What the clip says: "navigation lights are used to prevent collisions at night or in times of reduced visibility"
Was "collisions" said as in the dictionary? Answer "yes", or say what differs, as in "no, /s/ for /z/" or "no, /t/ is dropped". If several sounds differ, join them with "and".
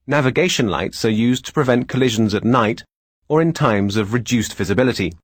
yes